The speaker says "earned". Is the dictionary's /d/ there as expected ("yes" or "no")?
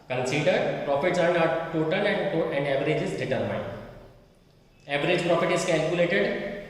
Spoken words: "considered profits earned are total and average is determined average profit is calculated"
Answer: no